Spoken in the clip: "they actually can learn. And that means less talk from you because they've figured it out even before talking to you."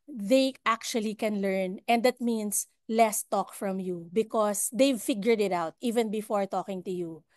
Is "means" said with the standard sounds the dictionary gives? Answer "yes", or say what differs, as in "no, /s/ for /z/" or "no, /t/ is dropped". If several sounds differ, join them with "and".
no, /s/ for /z/